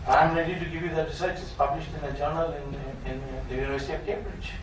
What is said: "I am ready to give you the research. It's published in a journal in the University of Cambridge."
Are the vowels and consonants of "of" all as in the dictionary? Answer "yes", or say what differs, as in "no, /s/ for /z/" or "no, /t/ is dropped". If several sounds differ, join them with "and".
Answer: no, /p/ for /v/